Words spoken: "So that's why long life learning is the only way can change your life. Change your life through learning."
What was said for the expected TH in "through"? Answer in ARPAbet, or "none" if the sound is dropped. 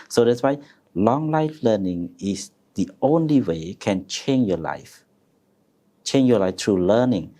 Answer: T